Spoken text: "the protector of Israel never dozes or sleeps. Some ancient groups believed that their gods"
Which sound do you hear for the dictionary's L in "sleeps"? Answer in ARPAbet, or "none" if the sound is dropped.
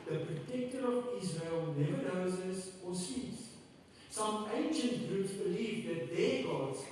none